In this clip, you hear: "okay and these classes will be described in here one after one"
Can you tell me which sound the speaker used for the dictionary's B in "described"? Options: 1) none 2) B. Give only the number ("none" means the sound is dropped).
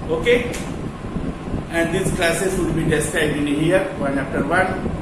1